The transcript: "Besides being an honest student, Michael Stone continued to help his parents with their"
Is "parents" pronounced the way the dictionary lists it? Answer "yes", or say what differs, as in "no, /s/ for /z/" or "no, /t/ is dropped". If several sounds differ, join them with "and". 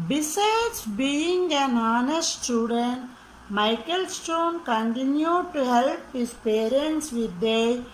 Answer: yes